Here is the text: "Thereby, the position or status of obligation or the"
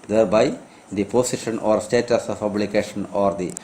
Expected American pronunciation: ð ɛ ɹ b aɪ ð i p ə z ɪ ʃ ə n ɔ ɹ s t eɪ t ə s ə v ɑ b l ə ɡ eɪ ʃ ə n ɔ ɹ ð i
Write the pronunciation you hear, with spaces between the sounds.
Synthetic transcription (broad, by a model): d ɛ ɹ b aɪ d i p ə s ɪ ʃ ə n ɔ ɹ s t eɪ t ə s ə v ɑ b l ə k eɪ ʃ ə n ɔ ɹ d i